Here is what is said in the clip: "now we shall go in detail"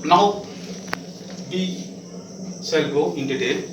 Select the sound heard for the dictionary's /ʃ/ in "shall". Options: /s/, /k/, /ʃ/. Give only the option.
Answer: /s/